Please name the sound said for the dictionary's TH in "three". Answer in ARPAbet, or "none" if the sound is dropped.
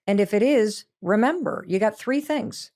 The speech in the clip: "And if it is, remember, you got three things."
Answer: TH